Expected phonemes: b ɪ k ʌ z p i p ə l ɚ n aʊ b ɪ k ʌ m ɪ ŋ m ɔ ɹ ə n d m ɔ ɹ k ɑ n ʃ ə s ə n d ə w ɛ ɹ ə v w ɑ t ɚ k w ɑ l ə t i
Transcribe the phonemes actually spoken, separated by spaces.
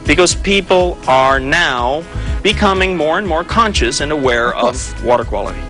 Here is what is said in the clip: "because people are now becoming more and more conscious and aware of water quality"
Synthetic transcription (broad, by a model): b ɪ k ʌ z p i p l ɚ n aʊ b ɪ k ʌ m ɪ ŋ m ɔ ɹ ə n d m ɔ ɹ k ɑ n ʃ ə s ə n ə w ɛ ɹ ə v w ɑ t ɚ k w ɑ l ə t i